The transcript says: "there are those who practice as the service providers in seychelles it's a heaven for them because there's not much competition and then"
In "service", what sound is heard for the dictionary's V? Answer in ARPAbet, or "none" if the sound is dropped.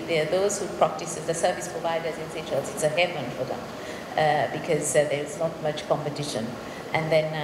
V